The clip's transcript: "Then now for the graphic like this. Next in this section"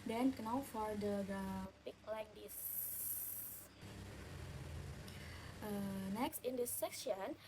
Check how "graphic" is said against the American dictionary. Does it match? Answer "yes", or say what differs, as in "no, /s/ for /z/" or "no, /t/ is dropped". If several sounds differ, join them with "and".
no, /ɹ/ is dropped and /p/ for /f/